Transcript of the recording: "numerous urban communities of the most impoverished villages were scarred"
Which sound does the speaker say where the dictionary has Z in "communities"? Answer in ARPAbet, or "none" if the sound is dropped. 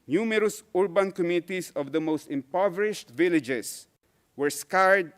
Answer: S